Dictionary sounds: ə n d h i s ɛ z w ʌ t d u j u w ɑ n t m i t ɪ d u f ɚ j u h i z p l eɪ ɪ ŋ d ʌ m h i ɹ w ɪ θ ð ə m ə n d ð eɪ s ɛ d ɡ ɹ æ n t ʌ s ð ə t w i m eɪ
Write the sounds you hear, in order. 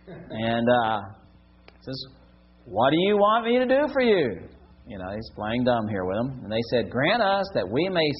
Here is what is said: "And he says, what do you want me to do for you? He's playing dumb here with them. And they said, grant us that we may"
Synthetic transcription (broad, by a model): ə n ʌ s ɛ z w ʌ t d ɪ j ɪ w ɑ n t m i t ɪ d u f ɚ j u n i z p l eɪ ɪ ŋ d ʌ m h i ɹ w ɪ ð ə m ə n ð eɪ s ɛ d ɡ ɹ æ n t ʌ s ð ə t w i m eɪ